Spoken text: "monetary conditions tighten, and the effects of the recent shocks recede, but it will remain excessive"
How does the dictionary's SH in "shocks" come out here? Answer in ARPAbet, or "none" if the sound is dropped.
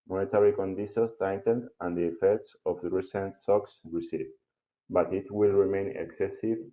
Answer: S